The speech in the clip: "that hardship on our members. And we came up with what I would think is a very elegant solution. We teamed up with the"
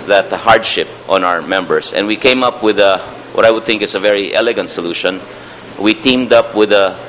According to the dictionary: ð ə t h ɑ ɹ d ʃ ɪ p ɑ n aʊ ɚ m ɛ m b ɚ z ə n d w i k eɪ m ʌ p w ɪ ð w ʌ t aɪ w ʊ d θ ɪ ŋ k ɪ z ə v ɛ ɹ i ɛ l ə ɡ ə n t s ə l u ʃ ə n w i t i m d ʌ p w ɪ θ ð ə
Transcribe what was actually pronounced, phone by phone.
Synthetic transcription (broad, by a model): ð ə t h ɑ ɹ d ʃ ɪ p ɑ n aʊ ɚ m ɛ m b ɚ s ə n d w i k eɪ m ʌ p w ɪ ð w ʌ t aɪ w ʊ d θ ɪ ŋ k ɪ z ə v ɛ ɹ i ɛ l ə ɡ ə n t s ə l u ʃ ə n w i t i m d ʌ p w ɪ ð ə